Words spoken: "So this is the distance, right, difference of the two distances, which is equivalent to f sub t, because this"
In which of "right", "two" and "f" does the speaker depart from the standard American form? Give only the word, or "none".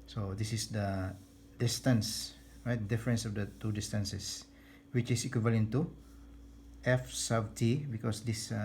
none